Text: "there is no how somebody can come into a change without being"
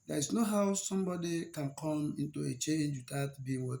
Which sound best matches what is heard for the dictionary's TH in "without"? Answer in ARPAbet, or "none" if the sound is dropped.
T